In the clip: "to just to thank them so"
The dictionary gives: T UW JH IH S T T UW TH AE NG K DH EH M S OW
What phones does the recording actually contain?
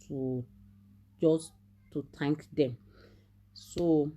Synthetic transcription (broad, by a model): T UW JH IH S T T UW T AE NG K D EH M S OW